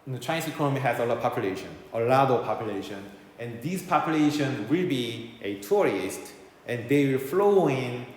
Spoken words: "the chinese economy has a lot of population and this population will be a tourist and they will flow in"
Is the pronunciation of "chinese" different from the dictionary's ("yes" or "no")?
yes